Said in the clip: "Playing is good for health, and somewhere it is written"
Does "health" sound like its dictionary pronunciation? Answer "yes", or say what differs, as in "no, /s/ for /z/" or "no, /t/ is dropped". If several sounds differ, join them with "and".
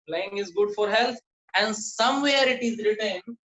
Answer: no, /t/ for /θ/